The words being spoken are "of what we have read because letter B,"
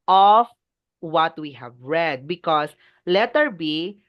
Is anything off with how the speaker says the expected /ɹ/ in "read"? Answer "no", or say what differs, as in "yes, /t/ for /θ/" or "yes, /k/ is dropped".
no